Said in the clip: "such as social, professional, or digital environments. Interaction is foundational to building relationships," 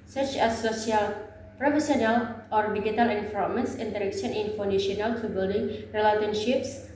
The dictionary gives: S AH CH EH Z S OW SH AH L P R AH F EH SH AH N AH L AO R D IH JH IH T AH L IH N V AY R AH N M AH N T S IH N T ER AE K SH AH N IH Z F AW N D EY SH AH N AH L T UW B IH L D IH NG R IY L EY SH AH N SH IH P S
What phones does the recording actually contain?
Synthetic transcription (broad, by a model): S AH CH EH S OW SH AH L P R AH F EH S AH N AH L AO R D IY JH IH T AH L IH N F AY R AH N M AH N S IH N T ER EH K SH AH N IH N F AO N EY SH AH N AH L T UW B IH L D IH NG R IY L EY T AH N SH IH P S